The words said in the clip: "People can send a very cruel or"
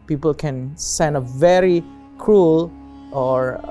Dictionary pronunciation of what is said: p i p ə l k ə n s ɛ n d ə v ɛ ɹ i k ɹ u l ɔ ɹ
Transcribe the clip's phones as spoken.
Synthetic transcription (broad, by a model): p i p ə l k ə n s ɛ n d ə v ɛ ɹ i k ɹ u l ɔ ɹ